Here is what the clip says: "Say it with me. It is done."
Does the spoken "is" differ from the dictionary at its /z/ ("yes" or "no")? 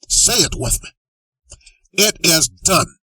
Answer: no